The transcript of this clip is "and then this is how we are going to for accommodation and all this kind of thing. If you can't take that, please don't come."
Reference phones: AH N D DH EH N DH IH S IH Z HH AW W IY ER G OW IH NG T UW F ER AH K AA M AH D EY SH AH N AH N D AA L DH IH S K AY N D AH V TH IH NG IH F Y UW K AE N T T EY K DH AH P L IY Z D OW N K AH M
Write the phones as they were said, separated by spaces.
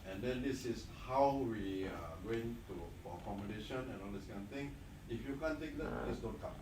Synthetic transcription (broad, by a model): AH N D EH N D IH S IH S HH AW W IY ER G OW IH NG T UW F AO AH K AA M AH D EY SH AH N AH N AA L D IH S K AY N AH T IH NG IH F Y UW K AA N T T EY K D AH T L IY S D OW N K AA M